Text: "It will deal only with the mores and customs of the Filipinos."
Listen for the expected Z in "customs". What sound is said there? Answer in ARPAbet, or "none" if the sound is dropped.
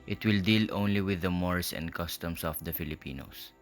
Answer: S